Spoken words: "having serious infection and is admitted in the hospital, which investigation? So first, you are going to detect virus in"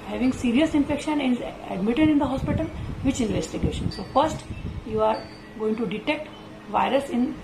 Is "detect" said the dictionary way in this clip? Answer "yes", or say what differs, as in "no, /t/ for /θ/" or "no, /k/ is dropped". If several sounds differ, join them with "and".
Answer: yes